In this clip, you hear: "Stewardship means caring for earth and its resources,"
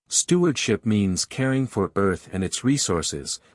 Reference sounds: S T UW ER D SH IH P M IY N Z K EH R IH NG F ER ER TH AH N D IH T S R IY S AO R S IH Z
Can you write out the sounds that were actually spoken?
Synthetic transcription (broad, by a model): S T UW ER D SH IH P M IY N Z K EH R IH NG F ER ER TH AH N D IH T S R IY S AO R S IH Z